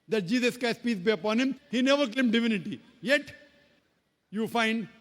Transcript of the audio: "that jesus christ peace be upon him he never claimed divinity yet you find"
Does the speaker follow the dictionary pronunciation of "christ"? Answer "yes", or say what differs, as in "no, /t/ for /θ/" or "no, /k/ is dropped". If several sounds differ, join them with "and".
no, /ɹ/ is dropped